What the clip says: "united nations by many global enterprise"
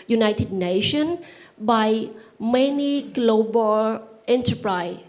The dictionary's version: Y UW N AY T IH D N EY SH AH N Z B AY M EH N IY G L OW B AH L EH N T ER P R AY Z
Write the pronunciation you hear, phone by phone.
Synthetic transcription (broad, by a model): Y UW N AY T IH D N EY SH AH N B AY M EH N IY G L OW B AH L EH N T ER P R AY